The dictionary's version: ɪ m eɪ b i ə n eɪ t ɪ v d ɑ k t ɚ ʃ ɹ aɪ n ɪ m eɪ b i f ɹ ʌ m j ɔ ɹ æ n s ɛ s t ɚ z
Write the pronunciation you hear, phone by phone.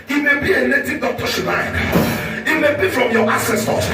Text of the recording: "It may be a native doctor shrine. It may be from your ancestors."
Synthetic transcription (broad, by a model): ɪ m eɪ b i ə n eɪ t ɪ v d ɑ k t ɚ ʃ l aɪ ɪ m eɪ b i f ɹ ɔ m j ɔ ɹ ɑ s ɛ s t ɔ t